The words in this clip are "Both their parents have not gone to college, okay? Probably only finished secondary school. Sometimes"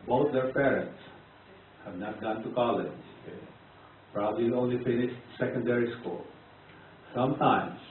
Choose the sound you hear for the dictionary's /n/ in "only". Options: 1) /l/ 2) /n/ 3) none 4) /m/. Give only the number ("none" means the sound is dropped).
2